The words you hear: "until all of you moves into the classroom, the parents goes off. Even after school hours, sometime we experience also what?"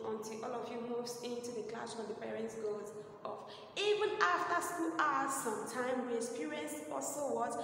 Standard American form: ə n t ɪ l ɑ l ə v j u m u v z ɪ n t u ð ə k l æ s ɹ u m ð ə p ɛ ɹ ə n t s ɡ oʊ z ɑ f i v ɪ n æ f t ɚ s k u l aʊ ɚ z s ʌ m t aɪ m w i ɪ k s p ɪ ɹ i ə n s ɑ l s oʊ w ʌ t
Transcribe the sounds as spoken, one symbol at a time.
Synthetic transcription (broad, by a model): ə n t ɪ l ɑ l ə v j u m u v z ɪ n t u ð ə k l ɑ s w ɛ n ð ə p ɛ ɹ ə n t s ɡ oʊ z ɑ f i v ɪ n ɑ f t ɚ s k u l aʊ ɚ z s ʌ m t aɪ m w i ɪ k s p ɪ ɹ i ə n s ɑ s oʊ w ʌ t